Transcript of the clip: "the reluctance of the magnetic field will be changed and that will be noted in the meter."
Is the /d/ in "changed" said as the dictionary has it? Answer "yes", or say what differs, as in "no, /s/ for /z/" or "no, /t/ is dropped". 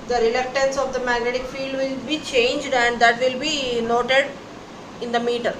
yes